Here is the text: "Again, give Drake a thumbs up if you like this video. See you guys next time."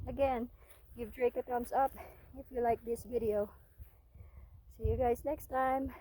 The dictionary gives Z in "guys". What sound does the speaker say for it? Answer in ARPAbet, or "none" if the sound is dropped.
Z